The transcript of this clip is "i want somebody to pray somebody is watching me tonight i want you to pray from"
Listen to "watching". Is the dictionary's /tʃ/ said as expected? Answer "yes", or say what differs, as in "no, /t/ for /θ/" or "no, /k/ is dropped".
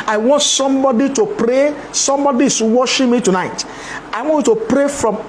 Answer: no, /ʃ/ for /tʃ/